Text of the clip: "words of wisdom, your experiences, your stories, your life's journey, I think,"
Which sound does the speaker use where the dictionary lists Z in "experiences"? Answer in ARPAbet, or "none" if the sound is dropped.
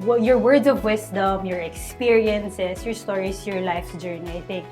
S